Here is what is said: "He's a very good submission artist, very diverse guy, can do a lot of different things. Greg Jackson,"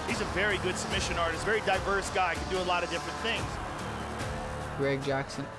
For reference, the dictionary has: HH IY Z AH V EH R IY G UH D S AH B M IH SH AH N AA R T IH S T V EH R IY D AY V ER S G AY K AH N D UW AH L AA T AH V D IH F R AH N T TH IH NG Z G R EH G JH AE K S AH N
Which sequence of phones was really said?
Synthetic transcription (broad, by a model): HH IY Z AH V EH R IY G UH D S AH B M IH SH AH N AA R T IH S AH V EH R IY D AY V ER S G AY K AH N D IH AH L AA T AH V D IH F R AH N TH IH NG Z G R EH G JH AE K S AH N